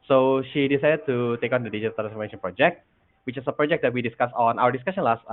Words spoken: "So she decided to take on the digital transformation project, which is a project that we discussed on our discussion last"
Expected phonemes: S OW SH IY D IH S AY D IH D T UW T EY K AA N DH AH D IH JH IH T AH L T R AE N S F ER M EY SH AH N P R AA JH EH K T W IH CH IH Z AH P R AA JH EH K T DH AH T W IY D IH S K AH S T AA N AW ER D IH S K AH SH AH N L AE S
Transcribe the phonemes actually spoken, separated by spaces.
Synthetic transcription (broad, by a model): S OW SH IY D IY S AY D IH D T UW T EY K AA N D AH D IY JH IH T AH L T R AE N S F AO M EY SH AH N P R AA JH EH K T W IH CH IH S AH P R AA JH EH K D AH T W IY D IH S K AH S AA N AW ER D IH S K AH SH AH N L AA S